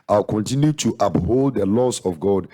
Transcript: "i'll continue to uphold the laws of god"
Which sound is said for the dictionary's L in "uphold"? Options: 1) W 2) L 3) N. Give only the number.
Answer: 2